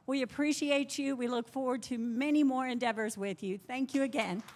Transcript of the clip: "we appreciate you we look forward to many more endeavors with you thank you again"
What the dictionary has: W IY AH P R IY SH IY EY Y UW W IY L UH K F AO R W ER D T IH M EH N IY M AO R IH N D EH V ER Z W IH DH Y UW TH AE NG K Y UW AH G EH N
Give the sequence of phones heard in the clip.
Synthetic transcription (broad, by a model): W IY AH P R IY SH IY EY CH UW W IY L UH K F AO R W ER D T IH M EH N IY M AO R IH N D EH V ER Z W IH DH Y UW TH AE NG K Y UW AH G EH N